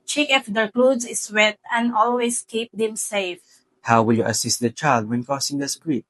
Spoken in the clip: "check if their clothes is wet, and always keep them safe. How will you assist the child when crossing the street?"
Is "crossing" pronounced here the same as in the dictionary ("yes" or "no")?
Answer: no